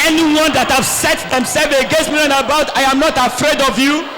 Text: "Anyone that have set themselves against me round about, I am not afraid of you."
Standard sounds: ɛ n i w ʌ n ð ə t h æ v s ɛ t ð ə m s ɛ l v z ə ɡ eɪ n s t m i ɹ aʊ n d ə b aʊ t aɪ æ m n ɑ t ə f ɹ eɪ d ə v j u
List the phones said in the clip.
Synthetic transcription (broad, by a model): ɛ n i w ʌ n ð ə t h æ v s ɛ t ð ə m s ɛ l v ə ɡ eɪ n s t m i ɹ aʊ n ə b aʊ t aɪ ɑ m n ɑ t ə f ɹ eɪ d ə v j u